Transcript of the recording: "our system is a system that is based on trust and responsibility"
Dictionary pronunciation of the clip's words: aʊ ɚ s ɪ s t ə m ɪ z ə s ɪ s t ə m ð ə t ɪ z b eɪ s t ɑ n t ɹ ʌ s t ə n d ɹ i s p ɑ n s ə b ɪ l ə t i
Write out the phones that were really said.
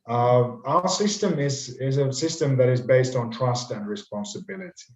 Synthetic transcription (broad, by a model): aʊ ɚ s ɪ s t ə m ɪ z ə s ɪ s t ə m ð ə t ɪ z b eɪ s t n t ɹ ʌ s t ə n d ɹ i s p ɑ n s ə b ɪ l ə t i